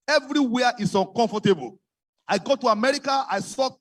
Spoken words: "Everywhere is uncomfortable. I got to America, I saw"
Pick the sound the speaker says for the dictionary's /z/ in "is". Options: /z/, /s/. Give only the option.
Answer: /s/